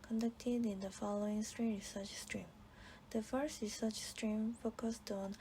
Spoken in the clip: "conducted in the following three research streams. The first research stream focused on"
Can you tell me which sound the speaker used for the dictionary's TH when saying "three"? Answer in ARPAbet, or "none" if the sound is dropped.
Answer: T